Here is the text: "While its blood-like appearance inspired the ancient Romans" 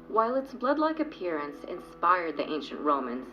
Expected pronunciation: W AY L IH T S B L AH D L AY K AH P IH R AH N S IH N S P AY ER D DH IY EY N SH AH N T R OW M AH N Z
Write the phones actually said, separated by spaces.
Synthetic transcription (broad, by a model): W AY L IH T S B L AH D L AY K AH P IH R AH N S IH N S P AY ER D DH IY EY N SH AH N T R OW M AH N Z